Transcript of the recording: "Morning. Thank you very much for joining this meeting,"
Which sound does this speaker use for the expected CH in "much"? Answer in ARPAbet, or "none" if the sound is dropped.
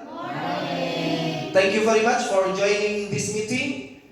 CH